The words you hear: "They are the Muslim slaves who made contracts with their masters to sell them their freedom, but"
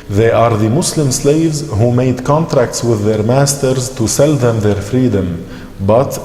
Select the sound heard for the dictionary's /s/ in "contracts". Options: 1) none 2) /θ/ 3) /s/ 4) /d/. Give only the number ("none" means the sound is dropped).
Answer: 3